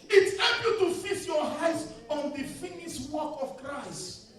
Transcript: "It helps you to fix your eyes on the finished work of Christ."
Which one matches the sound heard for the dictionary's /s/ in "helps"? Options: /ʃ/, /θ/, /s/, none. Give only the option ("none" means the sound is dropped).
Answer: none